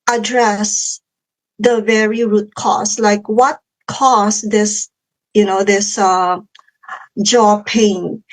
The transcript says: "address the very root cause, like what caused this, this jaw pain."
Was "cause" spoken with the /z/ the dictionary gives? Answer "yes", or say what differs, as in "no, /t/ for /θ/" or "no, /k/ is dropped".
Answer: no, /s/ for /z/